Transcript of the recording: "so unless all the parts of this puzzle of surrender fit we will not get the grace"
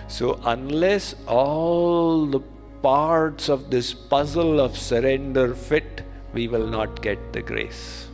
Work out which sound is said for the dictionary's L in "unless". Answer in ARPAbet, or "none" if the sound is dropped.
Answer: L